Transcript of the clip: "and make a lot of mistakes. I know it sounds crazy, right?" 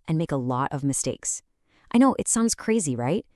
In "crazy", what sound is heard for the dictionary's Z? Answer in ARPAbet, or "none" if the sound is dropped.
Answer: Z